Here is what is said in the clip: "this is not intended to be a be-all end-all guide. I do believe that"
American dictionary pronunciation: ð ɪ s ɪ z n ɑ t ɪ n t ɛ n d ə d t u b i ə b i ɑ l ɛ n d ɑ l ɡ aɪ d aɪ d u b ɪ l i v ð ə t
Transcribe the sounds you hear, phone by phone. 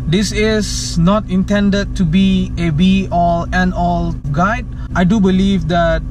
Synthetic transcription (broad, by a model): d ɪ s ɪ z n ɑ t ɪ n t ɛ n d ə d t u b i ə b i ɑ l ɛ n ɑ l ɡ aɪ d aɪ d u b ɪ l i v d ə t